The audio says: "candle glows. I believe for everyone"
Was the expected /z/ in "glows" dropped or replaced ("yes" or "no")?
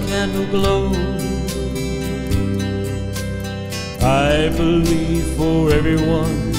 yes